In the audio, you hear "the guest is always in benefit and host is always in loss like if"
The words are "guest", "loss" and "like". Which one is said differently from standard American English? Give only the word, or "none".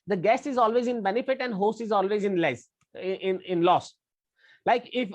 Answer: guest